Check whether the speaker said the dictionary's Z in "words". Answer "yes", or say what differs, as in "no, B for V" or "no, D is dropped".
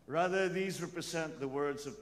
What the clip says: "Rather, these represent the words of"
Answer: yes